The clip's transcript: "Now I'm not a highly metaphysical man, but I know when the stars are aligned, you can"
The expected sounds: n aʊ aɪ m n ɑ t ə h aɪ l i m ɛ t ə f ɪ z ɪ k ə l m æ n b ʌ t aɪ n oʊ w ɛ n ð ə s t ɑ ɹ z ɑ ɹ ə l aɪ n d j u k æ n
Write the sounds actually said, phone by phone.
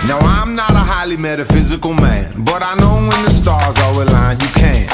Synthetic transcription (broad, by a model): n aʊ aɪ m n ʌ t ə h aɪ l i m ɛ t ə f ɪ z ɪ k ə l m æ n b ʌ t aɪ n oʊ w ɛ n ð ə s t ɑ ɹ z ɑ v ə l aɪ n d j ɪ k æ n